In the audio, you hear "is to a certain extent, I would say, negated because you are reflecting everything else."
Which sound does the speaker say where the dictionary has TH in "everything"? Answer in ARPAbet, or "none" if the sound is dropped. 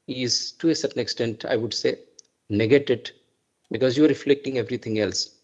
T